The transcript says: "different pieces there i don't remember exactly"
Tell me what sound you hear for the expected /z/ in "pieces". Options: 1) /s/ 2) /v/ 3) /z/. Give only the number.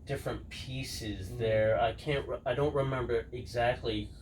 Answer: 3